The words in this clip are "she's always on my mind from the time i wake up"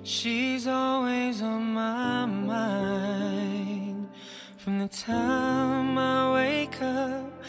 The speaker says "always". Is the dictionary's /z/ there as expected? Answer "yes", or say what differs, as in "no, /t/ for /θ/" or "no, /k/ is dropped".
yes